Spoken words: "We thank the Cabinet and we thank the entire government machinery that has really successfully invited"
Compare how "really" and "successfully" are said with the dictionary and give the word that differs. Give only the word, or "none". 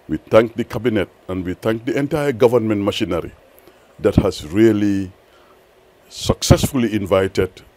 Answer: none